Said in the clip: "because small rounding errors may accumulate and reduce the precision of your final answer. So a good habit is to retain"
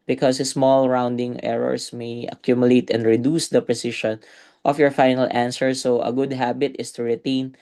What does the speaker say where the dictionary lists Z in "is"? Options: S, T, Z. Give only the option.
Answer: S